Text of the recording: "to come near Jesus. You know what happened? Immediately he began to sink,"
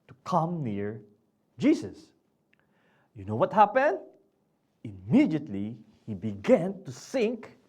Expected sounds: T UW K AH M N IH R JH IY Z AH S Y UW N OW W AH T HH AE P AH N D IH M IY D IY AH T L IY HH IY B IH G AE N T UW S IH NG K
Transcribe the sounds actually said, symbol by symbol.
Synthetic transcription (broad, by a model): T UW K AH M N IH R JH IY S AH S Y UW N OW W AH T HH AE P AH N D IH M IY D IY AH T L IY HH IY B IH G AE N T UW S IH NG K